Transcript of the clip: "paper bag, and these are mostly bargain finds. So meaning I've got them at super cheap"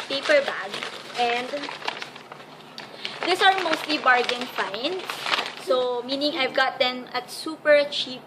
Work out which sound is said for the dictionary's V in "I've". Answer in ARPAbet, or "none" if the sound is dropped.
V